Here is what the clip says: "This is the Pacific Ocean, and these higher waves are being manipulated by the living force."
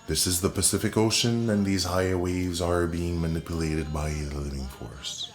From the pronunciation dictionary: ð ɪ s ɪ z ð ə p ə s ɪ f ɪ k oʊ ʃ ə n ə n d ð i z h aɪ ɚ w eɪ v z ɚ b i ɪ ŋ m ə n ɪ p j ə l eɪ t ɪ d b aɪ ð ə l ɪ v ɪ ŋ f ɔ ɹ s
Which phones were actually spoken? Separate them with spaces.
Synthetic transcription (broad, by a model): ð ɪ s ɪ z ð ə p ə s ɪ f ɪ k oʊ ʃ ə n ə n ð i z h aɪ ɚ w eɪ v z ɚ b i ɪ ŋ m ə n ɪ p j ə l eɪ t ɪ d b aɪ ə l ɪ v ɪ ŋ f ɔ ɹ s